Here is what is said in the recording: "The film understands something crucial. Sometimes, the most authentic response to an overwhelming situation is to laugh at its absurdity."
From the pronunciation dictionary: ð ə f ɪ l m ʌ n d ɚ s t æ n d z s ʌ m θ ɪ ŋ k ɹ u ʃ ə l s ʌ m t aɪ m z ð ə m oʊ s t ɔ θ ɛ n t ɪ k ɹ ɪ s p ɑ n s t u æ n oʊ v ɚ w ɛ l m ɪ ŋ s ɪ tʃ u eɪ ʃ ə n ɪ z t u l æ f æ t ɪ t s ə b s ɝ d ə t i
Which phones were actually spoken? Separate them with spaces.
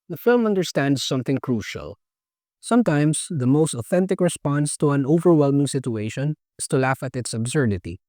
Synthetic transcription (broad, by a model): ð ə f ɪ l m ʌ n d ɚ s t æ n d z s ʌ m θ ɪ ŋ k ɹ u ʃ ə l s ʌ m t aɪ m s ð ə m oʊ s t ɔ θ ɛ n t ɪ k ɹ ɪ s p ɑ n s t u æ n oʊ v ɚ w ɛ l m ɪ ŋ s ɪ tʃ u eɪ ʃ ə n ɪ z t u l æ f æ t ɪ t s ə b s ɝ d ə t i